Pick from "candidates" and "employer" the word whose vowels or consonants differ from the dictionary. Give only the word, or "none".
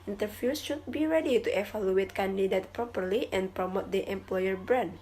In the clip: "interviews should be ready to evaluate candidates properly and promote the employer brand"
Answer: candidates